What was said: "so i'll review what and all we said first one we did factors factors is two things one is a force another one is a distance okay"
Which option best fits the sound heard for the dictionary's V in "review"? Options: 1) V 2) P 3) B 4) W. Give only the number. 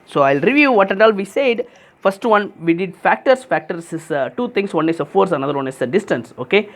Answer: 1